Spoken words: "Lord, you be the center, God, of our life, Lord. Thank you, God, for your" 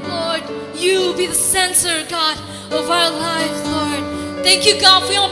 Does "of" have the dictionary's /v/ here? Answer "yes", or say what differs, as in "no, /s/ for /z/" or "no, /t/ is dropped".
yes